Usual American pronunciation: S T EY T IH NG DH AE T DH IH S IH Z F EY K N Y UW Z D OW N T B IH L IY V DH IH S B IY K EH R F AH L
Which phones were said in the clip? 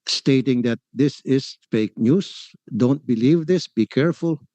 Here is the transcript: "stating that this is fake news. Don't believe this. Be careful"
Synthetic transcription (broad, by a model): S T EY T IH NG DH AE T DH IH S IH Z F EY K N Y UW S D OW N T B IH L IY V DH IH S B IY K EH R F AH L